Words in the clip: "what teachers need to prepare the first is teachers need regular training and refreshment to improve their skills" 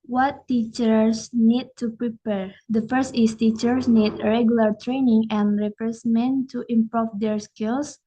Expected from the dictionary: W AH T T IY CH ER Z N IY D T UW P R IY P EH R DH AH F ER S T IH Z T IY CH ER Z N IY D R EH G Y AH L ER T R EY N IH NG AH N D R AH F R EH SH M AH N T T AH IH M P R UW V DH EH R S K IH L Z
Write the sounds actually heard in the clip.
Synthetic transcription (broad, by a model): W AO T T IY CH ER S N IY D T UW P R IY P EH R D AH F ER S T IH S T IY CH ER S N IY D R EH G Y AH L ER T R EY N IH NG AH N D R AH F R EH S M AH N T T AH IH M P R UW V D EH R S K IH L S